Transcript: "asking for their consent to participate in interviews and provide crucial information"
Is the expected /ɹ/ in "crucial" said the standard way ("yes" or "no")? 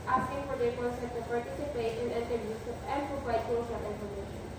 no